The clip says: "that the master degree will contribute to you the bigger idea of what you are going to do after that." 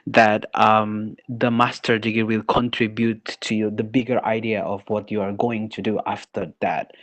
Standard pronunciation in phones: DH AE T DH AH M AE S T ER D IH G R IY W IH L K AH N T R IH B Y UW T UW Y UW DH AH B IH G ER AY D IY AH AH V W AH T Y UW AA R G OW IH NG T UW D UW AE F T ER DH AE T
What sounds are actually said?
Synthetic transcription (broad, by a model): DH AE T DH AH M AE S T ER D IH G IY W IH L K AH N T R IH B Y UW T UW Y UW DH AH B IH G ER AY D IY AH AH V W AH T Y UW AA R G OW IH NG T UW D UW AE F T ER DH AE T